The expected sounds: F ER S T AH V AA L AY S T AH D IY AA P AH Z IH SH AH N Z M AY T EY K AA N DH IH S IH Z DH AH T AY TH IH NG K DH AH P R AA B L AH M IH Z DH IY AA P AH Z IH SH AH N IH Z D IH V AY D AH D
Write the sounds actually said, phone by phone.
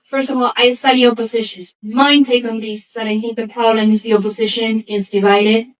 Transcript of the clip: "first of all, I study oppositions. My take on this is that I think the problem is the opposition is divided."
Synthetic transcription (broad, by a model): F ER S T AH V AA L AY S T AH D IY AA P AH Z IH SH AH N Z M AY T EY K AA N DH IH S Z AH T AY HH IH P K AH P AA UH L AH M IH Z DH IY AA P AH Z IH SH AH N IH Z D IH V AY D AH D